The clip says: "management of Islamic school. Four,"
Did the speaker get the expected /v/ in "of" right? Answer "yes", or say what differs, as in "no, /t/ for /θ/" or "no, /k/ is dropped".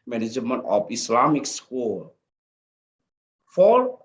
no, /p/ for /v/